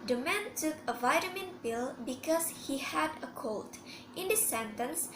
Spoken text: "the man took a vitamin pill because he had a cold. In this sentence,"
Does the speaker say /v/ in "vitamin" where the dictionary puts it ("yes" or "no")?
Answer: yes